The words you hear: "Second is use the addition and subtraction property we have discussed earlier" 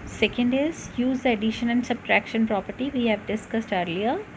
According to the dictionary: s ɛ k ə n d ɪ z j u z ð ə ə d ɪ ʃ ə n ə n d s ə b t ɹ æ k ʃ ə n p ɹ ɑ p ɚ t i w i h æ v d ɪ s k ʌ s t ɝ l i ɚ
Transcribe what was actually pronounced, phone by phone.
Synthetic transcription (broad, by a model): s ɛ k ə n d ɪ z j u z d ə ə d ɪ ʃ ə n ə n d s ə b t ɹ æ k ʃ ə n p ɹ ɑ p ɚ t i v i h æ v d ɪ s k ʌ s t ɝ l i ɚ